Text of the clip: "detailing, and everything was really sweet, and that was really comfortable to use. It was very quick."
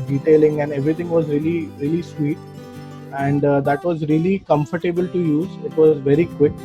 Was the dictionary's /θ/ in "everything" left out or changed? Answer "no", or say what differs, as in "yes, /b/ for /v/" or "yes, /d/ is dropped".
yes, /t/ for /θ/